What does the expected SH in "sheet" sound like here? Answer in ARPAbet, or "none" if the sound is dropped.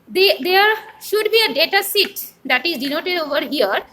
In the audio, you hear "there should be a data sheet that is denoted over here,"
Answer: S